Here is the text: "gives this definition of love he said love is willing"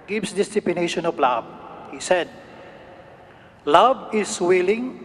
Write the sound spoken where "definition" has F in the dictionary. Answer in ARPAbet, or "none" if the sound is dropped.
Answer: P